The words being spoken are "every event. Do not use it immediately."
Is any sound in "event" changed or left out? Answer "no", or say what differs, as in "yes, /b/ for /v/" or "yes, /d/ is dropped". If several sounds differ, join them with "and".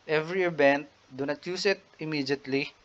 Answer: yes, /b/ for /v/